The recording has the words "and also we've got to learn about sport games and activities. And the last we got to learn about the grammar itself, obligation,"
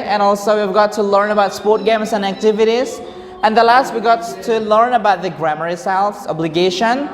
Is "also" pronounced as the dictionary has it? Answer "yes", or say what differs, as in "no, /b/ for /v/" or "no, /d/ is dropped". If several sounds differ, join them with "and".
yes